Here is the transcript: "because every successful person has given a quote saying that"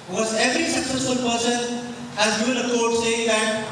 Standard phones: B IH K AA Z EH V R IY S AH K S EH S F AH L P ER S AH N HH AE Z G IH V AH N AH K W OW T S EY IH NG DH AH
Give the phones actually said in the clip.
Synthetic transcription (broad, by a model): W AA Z EH V R IY S AH K S EH S F AH L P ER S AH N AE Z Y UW AH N AH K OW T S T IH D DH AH